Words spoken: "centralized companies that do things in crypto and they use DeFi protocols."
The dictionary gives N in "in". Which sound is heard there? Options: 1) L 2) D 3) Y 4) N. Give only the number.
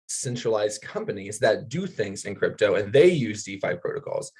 4